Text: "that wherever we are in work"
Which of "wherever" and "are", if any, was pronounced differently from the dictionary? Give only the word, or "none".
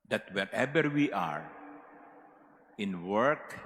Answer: wherever